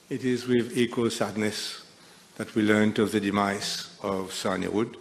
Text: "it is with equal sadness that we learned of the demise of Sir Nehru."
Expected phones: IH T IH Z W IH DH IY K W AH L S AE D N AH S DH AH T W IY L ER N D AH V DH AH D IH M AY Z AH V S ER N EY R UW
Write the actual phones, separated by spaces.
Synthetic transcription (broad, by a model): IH T IH Z W IH DH IY K W AH L S AE D N AH S DH AH T W IY L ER N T AH V DH AH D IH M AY S AH V S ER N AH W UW